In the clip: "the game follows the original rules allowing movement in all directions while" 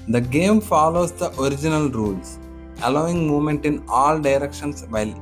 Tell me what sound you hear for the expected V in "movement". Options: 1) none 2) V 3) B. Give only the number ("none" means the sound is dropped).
1